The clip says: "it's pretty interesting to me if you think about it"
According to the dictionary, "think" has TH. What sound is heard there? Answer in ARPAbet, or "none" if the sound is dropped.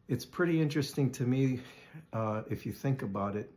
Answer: TH